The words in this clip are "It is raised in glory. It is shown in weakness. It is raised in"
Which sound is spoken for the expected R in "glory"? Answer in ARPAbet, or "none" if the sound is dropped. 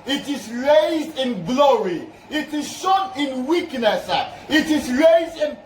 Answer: R